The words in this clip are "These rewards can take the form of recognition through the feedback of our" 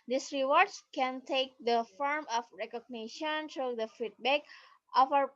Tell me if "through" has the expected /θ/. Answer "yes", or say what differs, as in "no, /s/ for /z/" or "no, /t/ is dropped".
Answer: no, /t/ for /θ/